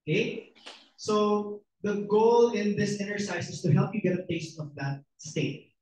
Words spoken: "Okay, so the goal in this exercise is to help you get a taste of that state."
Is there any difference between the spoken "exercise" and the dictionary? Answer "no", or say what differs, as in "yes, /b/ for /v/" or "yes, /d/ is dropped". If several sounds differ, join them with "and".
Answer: yes, /s/ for /z/